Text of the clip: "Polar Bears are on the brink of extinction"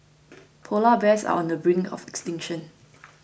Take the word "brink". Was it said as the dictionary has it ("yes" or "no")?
no